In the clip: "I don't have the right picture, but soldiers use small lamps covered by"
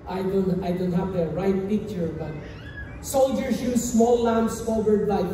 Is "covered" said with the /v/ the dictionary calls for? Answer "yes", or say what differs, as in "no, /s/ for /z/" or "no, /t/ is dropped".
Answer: no, /w/ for /v/